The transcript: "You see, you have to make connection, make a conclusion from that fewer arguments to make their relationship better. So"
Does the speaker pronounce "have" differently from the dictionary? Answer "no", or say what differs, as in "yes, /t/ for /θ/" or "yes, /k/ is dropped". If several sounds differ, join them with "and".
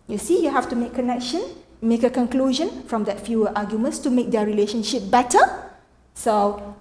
yes, /f/ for /v/